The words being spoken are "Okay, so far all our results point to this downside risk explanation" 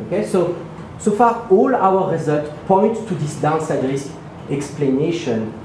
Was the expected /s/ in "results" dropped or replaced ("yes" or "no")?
yes